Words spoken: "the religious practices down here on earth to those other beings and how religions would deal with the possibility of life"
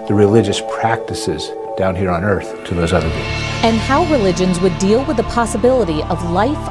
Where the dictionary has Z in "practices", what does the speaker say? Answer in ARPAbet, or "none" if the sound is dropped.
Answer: Z